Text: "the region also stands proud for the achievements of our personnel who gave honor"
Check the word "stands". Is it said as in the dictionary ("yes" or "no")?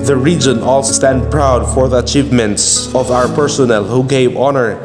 no